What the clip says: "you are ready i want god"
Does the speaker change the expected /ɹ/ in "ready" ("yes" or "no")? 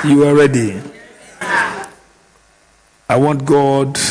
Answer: no